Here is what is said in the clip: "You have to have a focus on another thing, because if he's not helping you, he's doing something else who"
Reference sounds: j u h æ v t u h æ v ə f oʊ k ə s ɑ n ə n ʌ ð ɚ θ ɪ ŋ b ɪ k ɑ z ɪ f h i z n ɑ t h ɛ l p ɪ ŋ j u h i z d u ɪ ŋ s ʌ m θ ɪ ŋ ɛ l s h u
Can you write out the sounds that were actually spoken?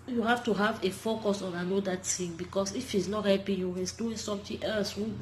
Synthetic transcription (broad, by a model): j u h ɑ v t u h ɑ v ə f oʊ k ə s ɑ n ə n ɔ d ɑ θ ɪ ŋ b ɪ k ɑ s ɪ f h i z n ɑ t h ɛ p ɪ j u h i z d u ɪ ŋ s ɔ m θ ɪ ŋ ɛ l s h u